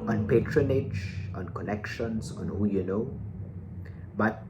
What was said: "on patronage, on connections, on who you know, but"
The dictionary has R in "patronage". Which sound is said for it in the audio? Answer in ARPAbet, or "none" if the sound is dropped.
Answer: R